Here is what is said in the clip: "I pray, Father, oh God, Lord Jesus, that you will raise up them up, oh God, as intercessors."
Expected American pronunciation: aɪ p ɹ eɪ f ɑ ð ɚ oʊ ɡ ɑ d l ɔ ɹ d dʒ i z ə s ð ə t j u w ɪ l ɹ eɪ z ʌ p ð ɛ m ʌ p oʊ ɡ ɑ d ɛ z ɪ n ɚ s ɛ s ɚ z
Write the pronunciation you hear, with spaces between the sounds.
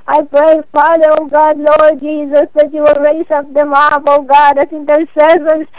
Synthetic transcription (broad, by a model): aɪ p ɹ eɪ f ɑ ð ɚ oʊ ɡ ɑ d l ɔ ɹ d dʒ i z ə s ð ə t j u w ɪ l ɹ eɪ s ʌ p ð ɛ m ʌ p oʊ ɡ ɑ d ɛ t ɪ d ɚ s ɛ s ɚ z